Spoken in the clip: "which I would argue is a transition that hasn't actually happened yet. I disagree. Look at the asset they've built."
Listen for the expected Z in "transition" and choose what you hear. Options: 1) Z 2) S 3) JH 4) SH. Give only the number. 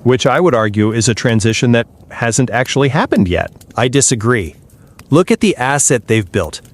1